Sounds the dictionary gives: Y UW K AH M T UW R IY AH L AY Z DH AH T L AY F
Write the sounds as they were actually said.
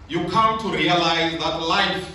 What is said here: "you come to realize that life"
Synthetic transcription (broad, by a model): Y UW K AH M T UW R IY AH L AY Z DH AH T L AY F